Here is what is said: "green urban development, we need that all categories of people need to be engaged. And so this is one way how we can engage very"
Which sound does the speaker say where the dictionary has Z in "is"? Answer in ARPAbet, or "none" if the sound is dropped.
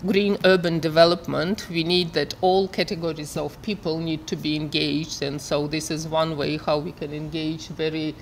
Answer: Z